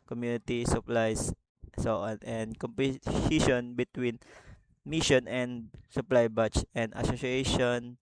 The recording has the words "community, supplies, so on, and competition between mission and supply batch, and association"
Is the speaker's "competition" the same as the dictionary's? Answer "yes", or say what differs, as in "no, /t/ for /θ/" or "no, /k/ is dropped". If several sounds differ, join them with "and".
no, /s/ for /t/